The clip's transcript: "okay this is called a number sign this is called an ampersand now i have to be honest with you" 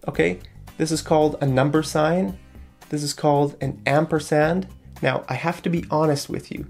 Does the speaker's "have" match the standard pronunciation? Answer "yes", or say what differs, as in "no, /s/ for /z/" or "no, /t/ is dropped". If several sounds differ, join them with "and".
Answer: no, /f/ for /v/